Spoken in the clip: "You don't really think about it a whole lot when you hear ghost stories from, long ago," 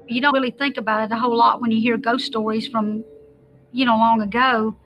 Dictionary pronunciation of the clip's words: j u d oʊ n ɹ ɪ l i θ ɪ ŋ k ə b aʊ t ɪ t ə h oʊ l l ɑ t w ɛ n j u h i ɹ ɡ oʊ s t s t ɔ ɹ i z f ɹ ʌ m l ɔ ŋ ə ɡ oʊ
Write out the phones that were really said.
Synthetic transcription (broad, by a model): j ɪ d oʊ n ɹ ɪ l i θ ɪ ŋ k ə b aʊ t ɪ t ə h oʊ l l ɑ t w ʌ n j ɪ h i ɹ ɡ oʊ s s t ɔ ɹ i z f ɹ ʌ m l ɔ ŋ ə ɡ oʊ